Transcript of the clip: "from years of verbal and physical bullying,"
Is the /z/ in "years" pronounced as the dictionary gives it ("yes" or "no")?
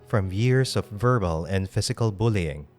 no